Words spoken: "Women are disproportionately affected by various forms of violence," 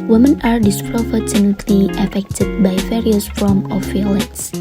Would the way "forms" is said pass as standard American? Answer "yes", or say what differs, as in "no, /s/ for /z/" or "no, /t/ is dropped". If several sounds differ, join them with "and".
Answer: no, /z/ is dropped